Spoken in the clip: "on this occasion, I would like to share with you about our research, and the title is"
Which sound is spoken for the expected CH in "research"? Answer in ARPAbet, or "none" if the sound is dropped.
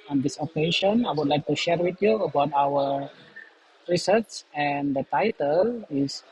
S